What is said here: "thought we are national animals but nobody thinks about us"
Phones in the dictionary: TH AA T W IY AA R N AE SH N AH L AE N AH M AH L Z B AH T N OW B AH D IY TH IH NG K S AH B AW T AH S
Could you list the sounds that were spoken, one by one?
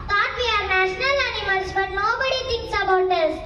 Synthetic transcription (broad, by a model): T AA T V IY AA R N AE SH N AH L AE N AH M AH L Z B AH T N OW B AH D IY T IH NG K S AH B AW T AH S